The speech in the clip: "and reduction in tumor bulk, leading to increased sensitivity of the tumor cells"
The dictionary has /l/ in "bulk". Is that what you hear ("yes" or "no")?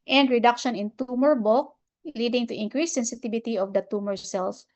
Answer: no